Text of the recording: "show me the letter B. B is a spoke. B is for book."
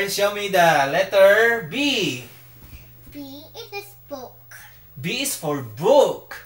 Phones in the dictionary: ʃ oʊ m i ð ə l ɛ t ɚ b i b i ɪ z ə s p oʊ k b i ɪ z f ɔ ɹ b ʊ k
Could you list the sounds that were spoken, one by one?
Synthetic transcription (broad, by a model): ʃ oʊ m i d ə l ɛ t ɚ b i b i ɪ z ə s b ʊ k b i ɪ s f ɔ ɹ b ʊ k